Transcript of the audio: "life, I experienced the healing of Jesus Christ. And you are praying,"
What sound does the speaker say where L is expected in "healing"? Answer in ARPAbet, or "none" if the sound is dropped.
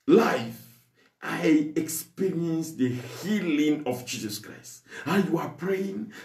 L